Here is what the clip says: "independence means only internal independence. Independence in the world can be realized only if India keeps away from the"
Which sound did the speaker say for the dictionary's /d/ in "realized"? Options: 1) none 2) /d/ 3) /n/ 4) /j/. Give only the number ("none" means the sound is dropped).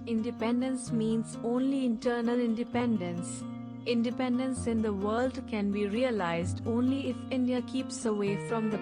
2